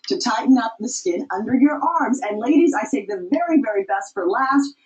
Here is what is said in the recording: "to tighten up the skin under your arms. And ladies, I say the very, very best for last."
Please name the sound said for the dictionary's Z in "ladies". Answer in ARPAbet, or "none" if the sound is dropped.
Z